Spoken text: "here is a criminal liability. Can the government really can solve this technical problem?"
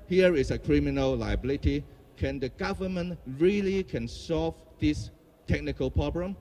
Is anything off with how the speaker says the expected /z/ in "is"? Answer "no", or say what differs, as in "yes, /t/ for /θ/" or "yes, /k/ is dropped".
yes, /s/ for /z/